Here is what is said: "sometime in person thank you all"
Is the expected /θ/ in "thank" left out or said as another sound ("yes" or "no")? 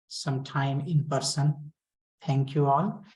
yes